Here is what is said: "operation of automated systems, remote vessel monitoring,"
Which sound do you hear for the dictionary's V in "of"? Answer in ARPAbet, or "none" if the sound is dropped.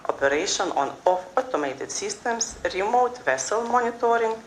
F